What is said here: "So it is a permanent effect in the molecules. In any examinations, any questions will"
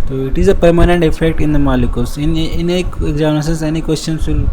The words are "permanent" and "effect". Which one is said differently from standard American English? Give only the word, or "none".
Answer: none